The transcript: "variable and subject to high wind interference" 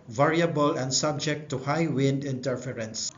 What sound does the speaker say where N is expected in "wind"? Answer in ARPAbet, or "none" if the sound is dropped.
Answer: N